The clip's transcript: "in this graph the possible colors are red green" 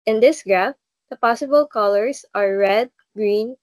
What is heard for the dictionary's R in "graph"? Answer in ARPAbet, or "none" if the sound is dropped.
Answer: R